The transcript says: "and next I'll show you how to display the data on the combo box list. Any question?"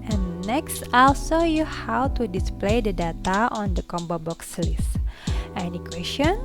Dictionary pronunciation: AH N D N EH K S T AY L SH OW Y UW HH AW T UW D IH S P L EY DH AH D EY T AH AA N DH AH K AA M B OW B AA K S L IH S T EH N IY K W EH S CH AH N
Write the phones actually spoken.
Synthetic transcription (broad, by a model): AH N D N EH K S T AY L S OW Y UW HH AW T UW D IH S P L EY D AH D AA T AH AA N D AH K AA M B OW B AA K S L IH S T EH N IY K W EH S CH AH N